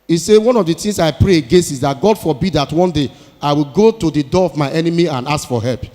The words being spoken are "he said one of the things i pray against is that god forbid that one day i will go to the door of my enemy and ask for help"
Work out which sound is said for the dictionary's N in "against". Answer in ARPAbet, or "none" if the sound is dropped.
none